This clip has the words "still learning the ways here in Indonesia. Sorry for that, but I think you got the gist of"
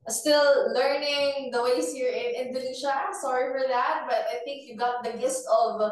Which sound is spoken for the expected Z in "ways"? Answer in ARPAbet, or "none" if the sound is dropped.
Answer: S